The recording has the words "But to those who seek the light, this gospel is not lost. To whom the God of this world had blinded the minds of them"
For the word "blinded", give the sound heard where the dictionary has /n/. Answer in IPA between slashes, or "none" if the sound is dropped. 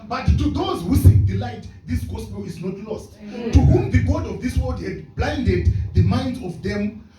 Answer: /n/